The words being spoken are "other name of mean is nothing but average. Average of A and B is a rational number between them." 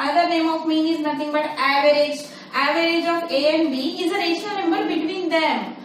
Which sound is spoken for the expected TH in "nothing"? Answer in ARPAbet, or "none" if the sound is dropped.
T